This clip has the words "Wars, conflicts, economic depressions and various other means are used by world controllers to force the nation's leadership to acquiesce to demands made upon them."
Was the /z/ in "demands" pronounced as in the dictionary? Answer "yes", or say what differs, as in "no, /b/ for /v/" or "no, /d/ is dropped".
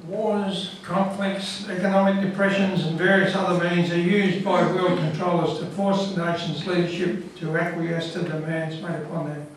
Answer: yes